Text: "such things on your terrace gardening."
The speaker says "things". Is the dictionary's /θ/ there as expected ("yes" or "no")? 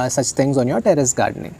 no